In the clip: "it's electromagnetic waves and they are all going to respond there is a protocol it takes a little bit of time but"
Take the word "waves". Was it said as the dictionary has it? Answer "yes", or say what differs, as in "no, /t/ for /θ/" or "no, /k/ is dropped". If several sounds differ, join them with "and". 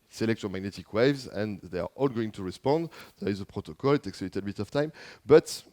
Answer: yes